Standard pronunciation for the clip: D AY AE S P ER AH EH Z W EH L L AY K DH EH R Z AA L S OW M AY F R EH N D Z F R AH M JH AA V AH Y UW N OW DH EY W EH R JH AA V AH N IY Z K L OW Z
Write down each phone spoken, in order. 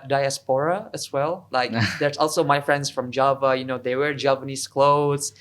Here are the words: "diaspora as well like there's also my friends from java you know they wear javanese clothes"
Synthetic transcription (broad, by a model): D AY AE S P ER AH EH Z W EH L L AY K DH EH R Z AA L S OW M AY F R EH N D S F R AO M JH AA V AH Y UW N OW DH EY W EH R JH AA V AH N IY S K L OW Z